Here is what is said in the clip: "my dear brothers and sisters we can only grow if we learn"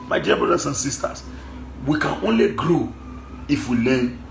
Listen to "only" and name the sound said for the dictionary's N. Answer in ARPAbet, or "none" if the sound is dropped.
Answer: N